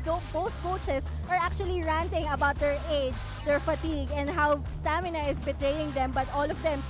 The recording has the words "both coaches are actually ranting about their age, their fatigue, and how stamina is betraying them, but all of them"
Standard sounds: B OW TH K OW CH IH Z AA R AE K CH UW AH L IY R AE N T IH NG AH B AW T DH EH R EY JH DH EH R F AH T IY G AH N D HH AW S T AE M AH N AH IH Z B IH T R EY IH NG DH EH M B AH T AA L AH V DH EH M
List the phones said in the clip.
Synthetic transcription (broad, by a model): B OW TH K OW CH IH S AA R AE K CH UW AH L IY R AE N T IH NG AH B AW T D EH R EY JH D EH R F AH T IY G AH N D HH AW S T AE M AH N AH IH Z B IH T R EY IH NG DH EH M B AH T AA L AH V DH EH M